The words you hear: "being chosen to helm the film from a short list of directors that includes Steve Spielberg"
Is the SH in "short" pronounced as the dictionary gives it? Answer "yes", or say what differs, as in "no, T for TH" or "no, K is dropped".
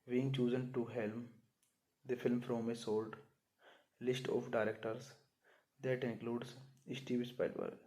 no, S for SH